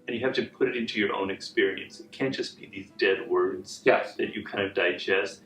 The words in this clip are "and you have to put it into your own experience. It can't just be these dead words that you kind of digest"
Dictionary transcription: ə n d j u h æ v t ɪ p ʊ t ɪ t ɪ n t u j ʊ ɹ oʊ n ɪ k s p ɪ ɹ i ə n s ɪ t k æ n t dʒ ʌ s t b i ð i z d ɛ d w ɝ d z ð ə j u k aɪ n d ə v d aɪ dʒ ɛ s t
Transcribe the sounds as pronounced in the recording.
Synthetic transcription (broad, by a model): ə n j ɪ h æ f t ɪ p ʊ t ɪ t ɪ n t u j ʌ ɹ oʊ n ɪ k s p ɪ ɹ i ə n s ɪ t k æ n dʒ ʌ s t b i ð i z d ɛ d w ɝ d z ð ə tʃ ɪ k aɪ n d ə v d aɪ dʒ ɛ s t